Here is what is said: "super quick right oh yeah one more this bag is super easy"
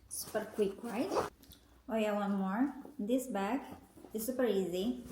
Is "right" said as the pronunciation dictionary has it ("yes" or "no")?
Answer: no